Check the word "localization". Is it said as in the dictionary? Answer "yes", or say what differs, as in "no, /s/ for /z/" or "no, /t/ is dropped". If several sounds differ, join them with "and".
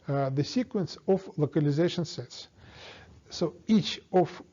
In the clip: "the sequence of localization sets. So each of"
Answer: yes